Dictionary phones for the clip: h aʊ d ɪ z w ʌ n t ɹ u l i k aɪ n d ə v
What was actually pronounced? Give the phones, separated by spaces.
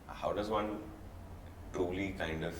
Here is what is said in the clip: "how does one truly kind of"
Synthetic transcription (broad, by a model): h aʊ d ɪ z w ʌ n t u l i k aɪ n d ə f